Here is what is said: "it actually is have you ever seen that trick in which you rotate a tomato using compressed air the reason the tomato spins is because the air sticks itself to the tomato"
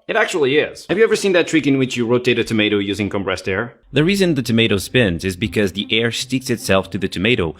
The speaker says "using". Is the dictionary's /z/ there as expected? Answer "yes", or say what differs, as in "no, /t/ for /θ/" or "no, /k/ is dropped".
yes